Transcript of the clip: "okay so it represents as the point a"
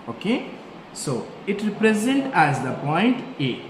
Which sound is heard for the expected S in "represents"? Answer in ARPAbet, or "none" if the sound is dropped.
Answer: none